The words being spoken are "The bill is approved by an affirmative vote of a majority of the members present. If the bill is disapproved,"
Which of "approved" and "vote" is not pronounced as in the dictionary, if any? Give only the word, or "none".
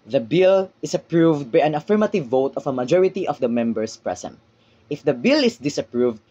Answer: none